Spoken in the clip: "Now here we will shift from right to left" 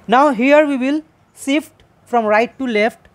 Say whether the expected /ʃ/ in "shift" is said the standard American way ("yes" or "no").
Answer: no